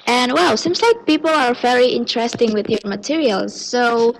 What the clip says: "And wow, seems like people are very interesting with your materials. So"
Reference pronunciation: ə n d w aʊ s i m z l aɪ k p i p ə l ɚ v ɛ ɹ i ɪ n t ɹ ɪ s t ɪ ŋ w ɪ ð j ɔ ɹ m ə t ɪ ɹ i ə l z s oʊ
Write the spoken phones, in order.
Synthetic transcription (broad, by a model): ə n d w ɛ s i m z l aɪ k p i p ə l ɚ v ɛ ɹ i ɪ n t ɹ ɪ s t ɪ ŋ w ɪ ð j ɔ ɹ m ə t ɪ ɹ i ə l z s oʊ